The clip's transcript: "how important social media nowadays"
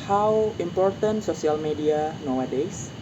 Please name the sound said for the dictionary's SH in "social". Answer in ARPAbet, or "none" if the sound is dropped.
S